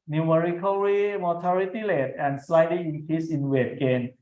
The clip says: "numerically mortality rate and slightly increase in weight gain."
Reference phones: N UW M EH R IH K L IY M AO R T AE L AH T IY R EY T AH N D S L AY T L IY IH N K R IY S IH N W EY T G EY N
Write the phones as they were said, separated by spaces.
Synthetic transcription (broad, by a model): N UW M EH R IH K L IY M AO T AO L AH T IY L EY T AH N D S L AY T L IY IH N K R IY S IH N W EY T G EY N